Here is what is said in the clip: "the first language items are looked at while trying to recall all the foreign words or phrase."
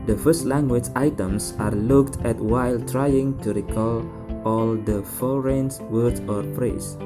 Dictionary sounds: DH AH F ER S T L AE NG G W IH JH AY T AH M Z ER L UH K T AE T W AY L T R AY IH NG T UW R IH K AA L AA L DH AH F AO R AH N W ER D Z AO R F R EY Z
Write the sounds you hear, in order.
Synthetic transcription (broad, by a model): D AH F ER S T L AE NG G W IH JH AY T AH M S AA L UH K T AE T W AY L T R AY IH NG T UW R IH K AA L AA L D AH F AO R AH N W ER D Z AO R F R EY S